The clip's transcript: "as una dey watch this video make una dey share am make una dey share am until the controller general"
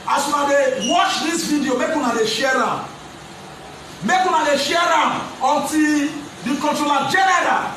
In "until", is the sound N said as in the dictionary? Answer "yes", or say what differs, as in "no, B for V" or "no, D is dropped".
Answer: no, N is dropped